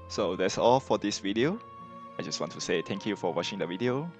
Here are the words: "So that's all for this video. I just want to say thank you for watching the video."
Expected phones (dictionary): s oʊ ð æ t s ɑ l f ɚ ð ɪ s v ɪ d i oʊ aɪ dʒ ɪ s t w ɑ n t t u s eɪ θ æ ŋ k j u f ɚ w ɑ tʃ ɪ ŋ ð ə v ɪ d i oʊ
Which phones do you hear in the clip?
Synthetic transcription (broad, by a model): s oʊ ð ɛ t s ɑ l f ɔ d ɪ s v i d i oʊ aɪ dʒ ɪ s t w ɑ n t t u s eɪ t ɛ ŋ k j u f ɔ w ɑ tʃ ɪ ŋ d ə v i d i oʊ